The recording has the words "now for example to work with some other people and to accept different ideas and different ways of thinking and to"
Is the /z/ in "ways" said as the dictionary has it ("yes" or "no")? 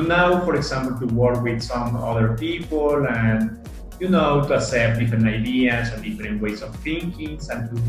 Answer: no